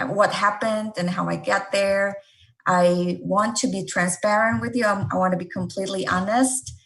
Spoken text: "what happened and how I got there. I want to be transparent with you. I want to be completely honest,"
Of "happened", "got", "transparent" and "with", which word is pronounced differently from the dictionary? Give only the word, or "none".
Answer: none